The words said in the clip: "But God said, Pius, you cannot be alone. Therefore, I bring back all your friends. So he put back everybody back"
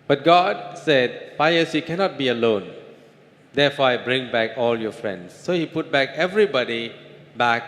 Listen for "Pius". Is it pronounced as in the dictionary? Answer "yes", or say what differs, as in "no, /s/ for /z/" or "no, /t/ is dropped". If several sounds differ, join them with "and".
no, /f/ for /p/